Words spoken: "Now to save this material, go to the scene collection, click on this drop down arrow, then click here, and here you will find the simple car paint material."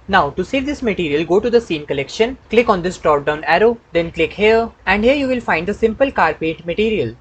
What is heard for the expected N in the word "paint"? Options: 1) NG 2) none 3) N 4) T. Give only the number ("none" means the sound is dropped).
2